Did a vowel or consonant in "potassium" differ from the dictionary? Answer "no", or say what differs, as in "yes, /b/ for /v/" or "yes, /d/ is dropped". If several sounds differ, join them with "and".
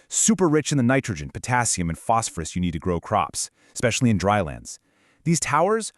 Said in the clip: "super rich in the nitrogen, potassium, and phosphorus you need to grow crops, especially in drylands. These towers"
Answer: no